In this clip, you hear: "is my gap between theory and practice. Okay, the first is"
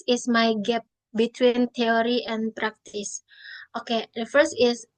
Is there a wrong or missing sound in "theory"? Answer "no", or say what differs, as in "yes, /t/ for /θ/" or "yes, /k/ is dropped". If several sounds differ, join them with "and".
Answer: yes, /t/ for /θ/